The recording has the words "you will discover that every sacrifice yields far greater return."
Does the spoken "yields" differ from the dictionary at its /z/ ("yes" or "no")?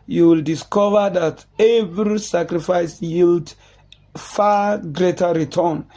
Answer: yes